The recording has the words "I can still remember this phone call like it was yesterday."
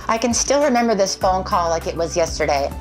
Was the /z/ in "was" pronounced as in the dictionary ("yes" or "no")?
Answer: yes